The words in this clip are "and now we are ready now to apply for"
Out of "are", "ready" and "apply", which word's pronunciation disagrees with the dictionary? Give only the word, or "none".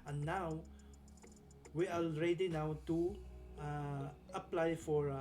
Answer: are